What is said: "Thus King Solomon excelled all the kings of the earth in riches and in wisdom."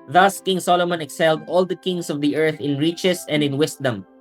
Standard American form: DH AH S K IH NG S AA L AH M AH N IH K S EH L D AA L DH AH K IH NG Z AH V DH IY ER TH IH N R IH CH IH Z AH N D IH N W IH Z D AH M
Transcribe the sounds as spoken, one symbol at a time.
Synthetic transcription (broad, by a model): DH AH S K IH NG S AA L AH M AH N IH K S EH L D AA L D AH K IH NG S AH V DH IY ER TH IH N R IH CH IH S AH N D IH N W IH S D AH M